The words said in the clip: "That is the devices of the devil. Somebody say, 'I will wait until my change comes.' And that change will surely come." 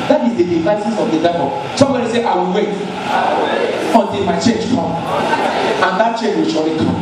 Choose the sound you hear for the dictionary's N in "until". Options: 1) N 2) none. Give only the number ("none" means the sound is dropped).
1